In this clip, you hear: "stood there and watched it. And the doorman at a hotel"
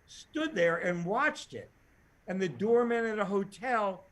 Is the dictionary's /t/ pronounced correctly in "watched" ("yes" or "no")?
yes